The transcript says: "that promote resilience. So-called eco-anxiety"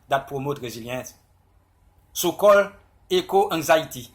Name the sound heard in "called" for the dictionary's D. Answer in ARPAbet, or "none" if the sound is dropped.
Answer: none